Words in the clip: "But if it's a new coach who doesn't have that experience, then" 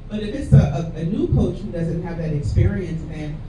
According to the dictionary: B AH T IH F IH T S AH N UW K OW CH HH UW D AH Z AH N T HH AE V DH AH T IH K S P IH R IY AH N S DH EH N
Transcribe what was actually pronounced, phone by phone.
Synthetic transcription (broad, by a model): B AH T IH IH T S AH N UW K OW CH HH UW D AH Z AH N T HH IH V DH AH T IH K S P IH R IY AH N S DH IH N